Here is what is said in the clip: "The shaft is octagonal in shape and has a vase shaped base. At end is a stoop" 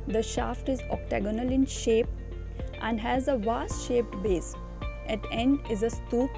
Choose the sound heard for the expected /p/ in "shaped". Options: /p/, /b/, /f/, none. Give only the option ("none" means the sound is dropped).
/p/